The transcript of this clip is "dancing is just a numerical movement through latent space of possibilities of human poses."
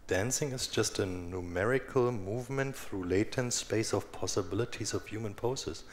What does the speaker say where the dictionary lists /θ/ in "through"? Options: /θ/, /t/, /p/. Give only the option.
/θ/